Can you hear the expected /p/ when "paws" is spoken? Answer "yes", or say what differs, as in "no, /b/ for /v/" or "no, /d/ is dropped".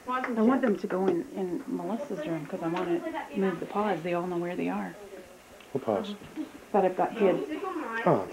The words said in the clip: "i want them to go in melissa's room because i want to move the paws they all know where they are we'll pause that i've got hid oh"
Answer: yes